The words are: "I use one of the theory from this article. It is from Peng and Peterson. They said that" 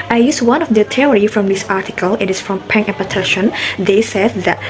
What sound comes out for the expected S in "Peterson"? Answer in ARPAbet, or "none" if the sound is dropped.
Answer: SH